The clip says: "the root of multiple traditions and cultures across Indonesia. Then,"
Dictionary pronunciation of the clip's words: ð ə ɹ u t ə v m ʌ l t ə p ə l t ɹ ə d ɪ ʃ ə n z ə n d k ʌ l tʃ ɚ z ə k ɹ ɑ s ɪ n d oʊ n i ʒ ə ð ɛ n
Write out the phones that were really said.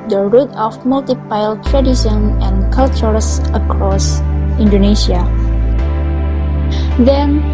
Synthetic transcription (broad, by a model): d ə ɹ u t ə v m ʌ l t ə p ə l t ɹ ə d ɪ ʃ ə n ə n k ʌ l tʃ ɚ s ə k ɹ ɑ s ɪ n d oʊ n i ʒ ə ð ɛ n